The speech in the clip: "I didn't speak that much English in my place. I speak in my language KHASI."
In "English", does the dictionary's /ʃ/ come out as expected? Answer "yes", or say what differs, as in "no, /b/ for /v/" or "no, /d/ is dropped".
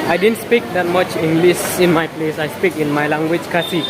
no, /s/ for /ʃ/